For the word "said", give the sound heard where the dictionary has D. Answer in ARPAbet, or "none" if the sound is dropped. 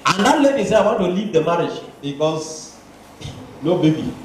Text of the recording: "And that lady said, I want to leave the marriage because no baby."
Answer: none